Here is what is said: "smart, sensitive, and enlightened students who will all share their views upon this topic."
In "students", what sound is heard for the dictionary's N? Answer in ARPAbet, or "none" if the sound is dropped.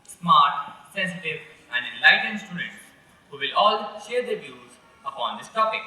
none